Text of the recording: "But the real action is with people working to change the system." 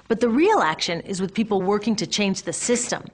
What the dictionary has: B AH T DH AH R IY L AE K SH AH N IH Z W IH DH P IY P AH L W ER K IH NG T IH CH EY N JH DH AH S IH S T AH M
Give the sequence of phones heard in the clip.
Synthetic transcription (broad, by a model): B AH T DH AH R IY L AE K SH AH N IH Z W IH DH P IY P L W ER K IH NG T IH CH EY N JH DH AH S IH S T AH M